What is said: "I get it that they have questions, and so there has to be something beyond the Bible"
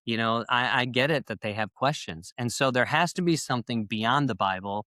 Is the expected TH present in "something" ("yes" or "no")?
yes